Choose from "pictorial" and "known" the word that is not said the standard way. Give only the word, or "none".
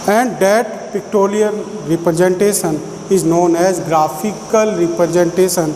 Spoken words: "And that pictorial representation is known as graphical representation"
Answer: pictorial